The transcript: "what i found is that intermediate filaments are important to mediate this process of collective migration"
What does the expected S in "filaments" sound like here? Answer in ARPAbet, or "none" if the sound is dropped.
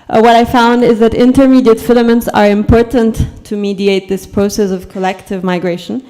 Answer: S